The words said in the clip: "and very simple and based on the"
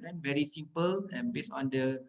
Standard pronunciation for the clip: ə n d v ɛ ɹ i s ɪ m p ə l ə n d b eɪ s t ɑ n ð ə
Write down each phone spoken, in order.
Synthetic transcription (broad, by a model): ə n v ɛ ɹ i s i m p ə l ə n b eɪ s ɑ n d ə